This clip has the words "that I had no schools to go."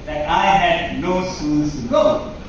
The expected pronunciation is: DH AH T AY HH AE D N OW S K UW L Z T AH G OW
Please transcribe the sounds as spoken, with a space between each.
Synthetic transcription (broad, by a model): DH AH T AY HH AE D N OW S UW N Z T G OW